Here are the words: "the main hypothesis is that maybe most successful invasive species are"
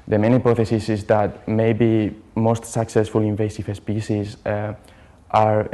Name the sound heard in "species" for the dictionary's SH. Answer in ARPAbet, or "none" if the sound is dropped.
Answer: S